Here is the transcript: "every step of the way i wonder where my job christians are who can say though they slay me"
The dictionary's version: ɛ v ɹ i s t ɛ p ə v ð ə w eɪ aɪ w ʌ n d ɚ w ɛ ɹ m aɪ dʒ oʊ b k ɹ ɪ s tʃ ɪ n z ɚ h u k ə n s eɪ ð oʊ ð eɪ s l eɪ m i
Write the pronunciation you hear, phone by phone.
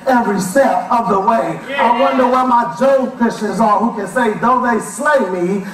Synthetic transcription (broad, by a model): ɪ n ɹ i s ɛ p ə v ð ə w eɪ aɪ w ʌ n d ɚ w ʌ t m aɪ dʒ oʊ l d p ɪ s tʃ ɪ z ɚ h u k ə n s eɪ ð oʊ ð eɪ s l eɪ m i